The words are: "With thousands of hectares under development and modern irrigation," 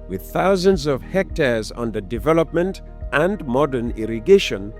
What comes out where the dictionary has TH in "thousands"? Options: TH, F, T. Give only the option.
TH